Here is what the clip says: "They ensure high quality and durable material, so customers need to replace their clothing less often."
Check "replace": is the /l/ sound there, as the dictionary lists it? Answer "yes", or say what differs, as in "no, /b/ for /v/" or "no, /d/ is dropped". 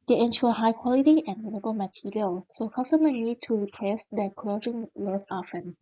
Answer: no, /l/ is dropped